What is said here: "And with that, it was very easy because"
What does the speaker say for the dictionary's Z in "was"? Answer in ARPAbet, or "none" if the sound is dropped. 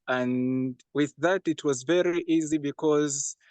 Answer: Z